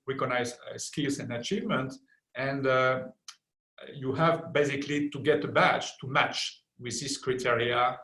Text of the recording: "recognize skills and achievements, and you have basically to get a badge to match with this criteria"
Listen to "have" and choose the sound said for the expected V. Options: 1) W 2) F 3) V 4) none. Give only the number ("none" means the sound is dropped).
3